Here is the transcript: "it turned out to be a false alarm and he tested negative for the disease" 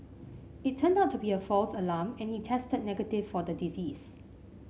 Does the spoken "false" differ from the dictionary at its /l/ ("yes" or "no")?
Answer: no